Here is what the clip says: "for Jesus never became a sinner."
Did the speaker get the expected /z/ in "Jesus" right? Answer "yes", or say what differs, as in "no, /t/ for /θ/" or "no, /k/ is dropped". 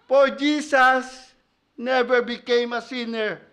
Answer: no, /s/ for /z/